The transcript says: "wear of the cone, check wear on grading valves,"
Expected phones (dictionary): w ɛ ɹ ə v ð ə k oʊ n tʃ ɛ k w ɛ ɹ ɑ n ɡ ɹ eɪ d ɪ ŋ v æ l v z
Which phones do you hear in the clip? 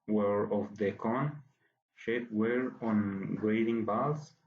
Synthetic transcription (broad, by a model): w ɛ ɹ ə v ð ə k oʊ n ʃ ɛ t w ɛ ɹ ɑ n ɡ ɹ eɪ d ɪ ŋ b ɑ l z